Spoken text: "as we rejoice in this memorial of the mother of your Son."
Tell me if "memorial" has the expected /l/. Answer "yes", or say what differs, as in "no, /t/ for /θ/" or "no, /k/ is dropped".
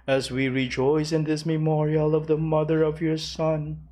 yes